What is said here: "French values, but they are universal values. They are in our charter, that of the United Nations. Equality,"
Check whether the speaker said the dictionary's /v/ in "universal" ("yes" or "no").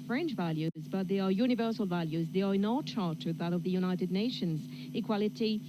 yes